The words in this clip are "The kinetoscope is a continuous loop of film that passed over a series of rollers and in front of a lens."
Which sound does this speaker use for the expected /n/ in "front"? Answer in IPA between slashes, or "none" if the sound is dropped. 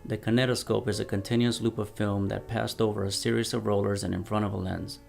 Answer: none